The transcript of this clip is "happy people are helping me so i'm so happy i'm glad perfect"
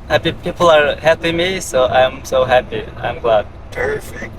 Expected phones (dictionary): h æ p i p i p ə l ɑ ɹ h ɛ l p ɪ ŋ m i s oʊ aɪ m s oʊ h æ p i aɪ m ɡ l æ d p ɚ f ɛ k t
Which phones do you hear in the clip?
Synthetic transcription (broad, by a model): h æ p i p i p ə l ɑ ɹ h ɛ p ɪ m i s oʊ aɪ m s oʊ h æ p i aɪ m ɡ l æ d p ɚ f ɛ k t